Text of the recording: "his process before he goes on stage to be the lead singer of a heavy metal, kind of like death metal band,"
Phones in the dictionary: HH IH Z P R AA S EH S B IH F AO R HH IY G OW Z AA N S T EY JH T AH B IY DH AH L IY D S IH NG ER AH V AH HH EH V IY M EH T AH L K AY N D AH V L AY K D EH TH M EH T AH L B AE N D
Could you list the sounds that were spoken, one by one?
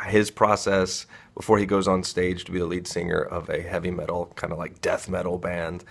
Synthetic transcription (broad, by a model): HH IH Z P R AA S EH S B IH F AO R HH IY G OW Z N S T EY JH T AH B IY DH AH L IY D S IH NG ER AH V AH HH EH V IY M EH T L K AY N D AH L AY K D EH TH M EH T L B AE N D